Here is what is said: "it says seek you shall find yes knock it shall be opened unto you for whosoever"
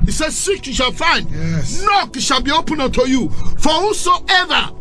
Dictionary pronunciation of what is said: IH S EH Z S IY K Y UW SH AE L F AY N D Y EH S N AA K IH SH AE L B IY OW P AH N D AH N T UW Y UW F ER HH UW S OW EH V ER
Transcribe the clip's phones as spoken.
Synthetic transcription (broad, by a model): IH S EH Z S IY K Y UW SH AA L F AY N D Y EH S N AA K IH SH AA B IY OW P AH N AH T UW Y UW F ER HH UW S OW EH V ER